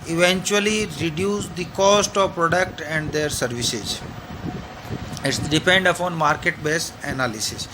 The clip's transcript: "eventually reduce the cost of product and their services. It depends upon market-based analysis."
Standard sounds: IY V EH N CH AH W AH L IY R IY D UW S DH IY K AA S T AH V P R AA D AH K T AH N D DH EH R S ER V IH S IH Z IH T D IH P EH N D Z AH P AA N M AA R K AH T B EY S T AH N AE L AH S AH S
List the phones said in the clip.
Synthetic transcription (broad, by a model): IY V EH N CH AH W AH L IY R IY D UW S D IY K AA S T AH V P R AA D AH K T AH N D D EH R S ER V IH S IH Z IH T D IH P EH N D AH P AA N M AA R K AH T B EY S AH N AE L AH S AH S